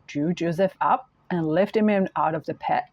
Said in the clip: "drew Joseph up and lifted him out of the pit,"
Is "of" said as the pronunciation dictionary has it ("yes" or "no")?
yes